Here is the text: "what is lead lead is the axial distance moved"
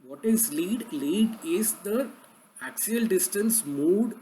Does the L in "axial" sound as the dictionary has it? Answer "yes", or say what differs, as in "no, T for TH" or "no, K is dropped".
yes